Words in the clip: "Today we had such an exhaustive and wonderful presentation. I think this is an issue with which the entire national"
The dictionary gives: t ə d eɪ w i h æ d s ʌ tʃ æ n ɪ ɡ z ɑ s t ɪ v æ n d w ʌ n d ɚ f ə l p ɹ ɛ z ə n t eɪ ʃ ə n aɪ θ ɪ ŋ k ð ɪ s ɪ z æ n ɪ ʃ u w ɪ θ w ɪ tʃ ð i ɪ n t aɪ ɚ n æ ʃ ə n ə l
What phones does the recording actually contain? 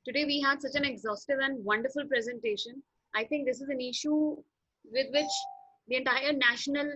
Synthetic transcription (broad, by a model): t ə d eɪ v i h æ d s ʌ tʃ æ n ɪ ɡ z ɑ s t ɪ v æ n d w ʌ n d ɚ f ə l p ɹ ɛ z ə n t eɪ ʃ ə n aɪ t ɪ ŋ k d ɪ s ɪ z æ n ɪ ʃ u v ɪ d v ɪ tʃ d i ɪ n t aɪ ɚ n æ ʃ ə n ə l